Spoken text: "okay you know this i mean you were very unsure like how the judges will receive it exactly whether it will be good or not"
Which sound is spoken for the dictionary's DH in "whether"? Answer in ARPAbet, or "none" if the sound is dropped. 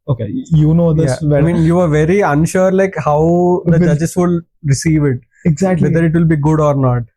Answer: none